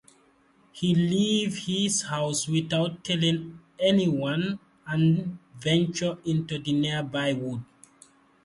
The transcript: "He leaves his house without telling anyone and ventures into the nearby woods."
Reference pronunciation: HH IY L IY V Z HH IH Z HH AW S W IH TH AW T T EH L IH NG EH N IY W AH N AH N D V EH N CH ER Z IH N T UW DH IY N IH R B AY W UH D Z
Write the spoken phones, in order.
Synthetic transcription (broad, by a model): HH IY L IY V HH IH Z HH AW S W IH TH AW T T EH L IH NG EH N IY W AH N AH N V EH N CH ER IH N T UW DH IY N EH B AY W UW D